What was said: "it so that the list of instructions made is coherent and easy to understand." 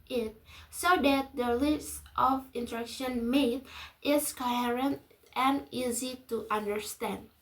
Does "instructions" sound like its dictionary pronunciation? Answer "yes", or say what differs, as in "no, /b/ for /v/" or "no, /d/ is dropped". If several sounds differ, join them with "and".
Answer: no, /s/ is dropped and /z/ is dropped